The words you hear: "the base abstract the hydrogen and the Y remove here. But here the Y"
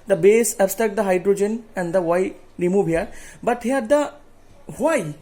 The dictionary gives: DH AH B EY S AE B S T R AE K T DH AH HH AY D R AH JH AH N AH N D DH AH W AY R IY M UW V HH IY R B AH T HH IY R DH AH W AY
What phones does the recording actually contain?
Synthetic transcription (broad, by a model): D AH B EY S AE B S T AE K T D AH HH AY D R AH JH AH N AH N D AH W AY R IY M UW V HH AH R B AH T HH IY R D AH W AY